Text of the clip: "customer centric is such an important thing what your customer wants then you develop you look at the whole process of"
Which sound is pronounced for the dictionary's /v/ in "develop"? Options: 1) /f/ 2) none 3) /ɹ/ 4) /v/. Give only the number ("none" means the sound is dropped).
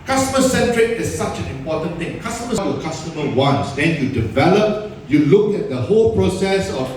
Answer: 4